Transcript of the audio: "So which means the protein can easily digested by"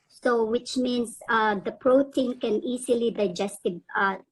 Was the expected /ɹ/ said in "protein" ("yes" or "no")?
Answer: yes